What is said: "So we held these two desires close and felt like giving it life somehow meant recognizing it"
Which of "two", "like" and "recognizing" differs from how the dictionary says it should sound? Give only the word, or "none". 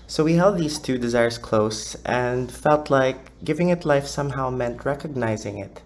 none